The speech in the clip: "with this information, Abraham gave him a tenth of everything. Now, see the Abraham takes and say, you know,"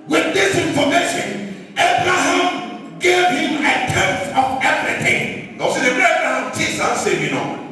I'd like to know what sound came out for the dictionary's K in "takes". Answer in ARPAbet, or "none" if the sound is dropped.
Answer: none